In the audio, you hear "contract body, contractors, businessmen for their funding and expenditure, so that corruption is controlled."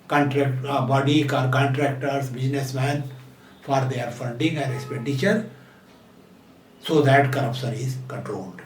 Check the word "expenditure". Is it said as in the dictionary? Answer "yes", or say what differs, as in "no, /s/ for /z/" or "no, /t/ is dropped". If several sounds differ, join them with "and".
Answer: no, /n/ is dropped